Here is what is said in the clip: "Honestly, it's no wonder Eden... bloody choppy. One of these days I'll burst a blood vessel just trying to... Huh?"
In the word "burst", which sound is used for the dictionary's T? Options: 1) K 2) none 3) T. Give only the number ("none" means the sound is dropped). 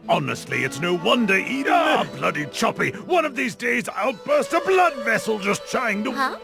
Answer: 3